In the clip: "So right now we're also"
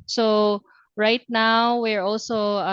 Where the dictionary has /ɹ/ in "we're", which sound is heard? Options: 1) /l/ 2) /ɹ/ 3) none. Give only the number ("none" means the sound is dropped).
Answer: 2